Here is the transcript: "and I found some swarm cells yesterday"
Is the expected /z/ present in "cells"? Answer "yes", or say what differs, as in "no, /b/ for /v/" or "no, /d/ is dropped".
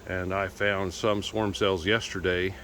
yes